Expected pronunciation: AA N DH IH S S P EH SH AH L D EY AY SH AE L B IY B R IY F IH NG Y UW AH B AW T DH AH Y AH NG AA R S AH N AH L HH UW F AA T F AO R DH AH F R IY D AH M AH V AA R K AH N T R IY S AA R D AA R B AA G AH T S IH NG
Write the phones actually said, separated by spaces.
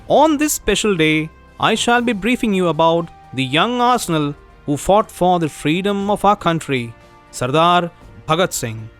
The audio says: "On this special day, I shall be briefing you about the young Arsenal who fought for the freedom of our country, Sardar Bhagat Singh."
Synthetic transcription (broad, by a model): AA N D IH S S P EH SH AH L D EY AY SH AE L B IY B R IY F IH NG Y UW AH B AW T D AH Y AH NG AA R S AH N AH L HH UW F AA T F AO R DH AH F R IY D AH M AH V AA R K AH N T R IY S AA R D AA R B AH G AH T S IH NG